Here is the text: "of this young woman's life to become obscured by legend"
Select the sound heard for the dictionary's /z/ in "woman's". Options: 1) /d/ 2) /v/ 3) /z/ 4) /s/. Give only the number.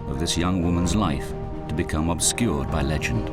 3